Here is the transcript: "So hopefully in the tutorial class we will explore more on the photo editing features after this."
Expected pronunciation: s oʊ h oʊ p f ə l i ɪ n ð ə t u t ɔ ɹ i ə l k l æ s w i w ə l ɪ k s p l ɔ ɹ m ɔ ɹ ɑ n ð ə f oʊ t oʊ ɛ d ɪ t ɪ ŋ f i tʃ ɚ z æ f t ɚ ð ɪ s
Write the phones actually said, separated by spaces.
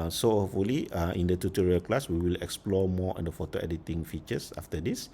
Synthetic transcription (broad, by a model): s oʊ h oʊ f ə l i ɪ n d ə t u t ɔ ɹ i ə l k l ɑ s w i w ə l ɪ k s p l ɔ m ɔ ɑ n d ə f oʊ t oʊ ɛ d ɪ t ɪ ŋ f i tʃ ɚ s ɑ f t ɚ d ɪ s